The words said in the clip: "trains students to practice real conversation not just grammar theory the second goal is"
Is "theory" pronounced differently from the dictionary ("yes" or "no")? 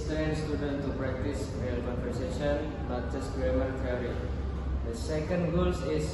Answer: yes